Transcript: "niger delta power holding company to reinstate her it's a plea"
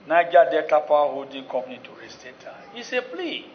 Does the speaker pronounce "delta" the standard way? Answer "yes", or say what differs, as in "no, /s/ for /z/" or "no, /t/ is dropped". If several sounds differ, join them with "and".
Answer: no, /l/ is dropped